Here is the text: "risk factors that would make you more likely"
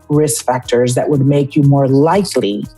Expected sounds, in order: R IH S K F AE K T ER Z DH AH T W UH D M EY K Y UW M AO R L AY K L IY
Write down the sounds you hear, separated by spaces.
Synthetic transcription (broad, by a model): R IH S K F AE K T ER Z DH AH T W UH D M EY K Y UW M AO R L AY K L IY